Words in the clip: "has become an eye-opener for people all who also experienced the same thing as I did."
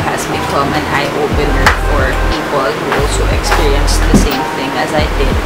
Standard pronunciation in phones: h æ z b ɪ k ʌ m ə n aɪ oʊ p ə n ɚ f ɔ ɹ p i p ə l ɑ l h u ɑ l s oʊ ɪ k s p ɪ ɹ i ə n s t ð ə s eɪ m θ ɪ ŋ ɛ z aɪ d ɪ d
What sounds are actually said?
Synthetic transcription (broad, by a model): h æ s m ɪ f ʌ m ə n aɪ oʊ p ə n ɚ f ɔ ɹ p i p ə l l h u ɑ l s oʊ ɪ k s p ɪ ɹ i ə n s ð ə s eɪ m θ ɪ ŋ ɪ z aɪ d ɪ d